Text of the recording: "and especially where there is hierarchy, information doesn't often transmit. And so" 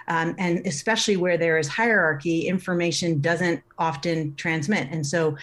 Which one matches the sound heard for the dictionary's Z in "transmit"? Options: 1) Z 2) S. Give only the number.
1